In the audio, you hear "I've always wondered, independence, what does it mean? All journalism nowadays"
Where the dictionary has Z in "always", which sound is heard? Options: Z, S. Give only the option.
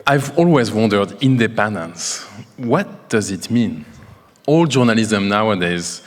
Z